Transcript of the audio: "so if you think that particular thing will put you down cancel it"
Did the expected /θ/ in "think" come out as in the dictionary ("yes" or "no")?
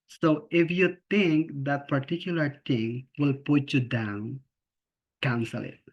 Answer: no